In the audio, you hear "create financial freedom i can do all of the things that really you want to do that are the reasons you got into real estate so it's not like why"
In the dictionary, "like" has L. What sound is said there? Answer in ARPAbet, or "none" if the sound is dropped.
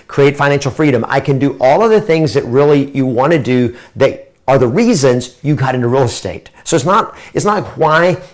N